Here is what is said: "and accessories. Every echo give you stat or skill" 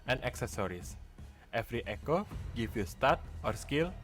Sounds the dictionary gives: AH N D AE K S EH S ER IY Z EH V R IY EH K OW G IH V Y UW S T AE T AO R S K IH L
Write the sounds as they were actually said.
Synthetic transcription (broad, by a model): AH N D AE K S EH S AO IY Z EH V R IY EH K OW G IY F Y UW S T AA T AO R S K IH L